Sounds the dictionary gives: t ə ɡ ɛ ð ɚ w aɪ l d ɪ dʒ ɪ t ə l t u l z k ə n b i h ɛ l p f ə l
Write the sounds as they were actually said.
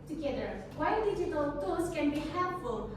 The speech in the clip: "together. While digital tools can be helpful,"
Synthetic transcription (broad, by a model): t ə ɡ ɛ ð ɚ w aɪ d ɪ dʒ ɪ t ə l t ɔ z k ə n b i h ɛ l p f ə l